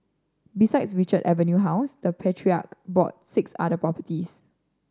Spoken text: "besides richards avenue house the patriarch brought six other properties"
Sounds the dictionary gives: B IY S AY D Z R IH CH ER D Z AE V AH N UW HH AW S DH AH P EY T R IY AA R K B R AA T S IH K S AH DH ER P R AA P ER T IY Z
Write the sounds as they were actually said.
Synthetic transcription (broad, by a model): B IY S AY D S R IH CH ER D EH V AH N UW HH AW S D AH P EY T R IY AA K B AA T S IH K S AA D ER P R AA P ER T IY S